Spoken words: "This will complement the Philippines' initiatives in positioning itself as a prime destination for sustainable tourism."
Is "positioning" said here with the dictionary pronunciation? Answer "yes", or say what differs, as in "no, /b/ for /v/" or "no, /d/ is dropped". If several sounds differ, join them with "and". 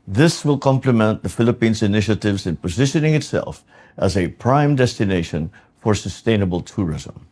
yes